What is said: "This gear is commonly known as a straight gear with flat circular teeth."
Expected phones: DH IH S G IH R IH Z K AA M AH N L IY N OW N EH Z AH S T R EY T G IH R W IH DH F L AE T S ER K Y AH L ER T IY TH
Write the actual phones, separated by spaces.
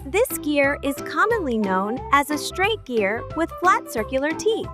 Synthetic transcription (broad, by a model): DH IH S G IH R IH Z K AA M AH N L IY N OW N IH Z AH S T R EY T G IH R W IH DH F L AE T S ER K Y L ER T IY